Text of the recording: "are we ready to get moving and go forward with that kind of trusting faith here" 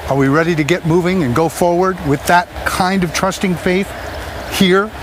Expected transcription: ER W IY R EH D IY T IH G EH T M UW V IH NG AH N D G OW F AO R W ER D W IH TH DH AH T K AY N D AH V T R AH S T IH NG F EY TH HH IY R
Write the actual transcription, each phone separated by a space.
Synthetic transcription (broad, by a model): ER W IY R EH D IY T IH G EH T M UW V IH NG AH N G OW F AO R W ER D W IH DH AH T K AY N D AH V T R AH S T IH NG F EY TH HH IY R